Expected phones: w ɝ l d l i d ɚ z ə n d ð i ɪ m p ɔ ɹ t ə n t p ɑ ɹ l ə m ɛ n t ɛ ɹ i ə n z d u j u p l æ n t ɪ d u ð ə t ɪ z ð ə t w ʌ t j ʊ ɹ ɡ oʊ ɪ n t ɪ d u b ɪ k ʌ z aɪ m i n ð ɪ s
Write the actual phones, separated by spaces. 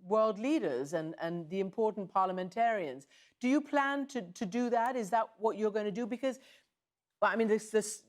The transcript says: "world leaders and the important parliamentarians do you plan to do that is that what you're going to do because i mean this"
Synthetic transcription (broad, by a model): w ɝ l d l i d ɚ z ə n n ð i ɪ m p ɔ ɹ t n p ɑ ɹ l ə m ɛ n t ɛ ɹ i ə n z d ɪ j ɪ p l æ n t ɪ d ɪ ð ə t ɪ z ð ə t w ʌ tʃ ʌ ɹ ɡ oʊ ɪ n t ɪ d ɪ b ɪ k ʌ z aɪ m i n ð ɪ s